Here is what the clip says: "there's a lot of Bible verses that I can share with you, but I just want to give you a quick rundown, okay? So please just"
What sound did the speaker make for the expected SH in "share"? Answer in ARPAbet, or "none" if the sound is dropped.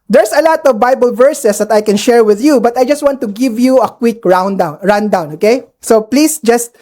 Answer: SH